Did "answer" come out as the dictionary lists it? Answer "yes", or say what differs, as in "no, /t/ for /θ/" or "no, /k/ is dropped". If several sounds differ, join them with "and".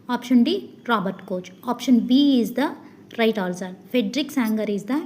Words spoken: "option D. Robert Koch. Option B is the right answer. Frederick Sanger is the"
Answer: no, /l/ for /n/